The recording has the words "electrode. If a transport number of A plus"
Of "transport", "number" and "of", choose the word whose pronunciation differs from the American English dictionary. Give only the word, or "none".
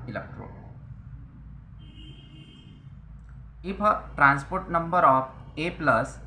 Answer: of